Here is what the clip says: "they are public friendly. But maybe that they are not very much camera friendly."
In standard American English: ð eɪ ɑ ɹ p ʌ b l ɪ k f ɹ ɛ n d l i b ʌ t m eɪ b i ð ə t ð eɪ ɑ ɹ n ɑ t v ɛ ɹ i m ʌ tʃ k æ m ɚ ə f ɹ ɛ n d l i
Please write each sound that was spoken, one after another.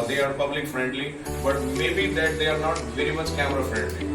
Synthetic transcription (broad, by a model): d eɪ ɑ ɹ p ʌ b l ɪ k f ɹ ɛ n d l i b ʌ t m eɪ b i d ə t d eɪ ɑ ɹ n ɑ t v ɛ ɹ i m ʌ tʃ k æ m ɚ ə f ɹ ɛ n d l i